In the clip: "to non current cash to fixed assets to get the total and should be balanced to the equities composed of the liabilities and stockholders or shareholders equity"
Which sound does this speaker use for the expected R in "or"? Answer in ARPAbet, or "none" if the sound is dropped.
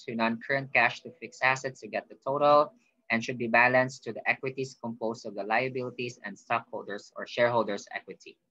R